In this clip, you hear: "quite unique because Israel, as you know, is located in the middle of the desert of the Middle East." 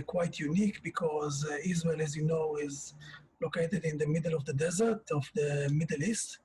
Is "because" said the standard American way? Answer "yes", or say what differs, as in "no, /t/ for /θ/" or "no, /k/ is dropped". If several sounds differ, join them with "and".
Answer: yes